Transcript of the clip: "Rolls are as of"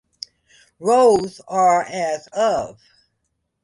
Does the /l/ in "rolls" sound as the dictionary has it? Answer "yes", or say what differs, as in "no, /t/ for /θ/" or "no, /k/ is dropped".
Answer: no, /l/ is dropped